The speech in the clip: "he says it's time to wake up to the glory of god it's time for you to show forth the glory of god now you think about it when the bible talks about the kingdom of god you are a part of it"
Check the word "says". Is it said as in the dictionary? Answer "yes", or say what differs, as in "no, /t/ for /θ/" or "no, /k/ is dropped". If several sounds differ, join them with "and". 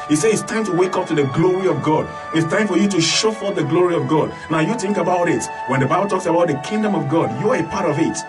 no, /z/ is dropped